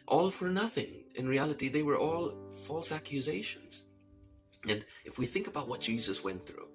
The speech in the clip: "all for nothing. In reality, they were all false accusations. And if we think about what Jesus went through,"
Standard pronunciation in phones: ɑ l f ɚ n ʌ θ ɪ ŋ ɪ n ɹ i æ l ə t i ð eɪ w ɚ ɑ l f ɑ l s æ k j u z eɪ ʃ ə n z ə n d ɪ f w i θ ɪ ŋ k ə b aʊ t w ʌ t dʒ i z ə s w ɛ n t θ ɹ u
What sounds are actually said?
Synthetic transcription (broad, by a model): ɑ l f ɚ n ʌ θ ɪ ŋ ɪ n ɹ i æ l ə t i ð eɪ w ɚ ɑ l f ɑ l s æ k j u z eɪ ʃ ə n z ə n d ɪ f w i θ ɪ ŋ k ə b aʊ t w ʌ t dʒ i z ə s w ɛ n θ ɹ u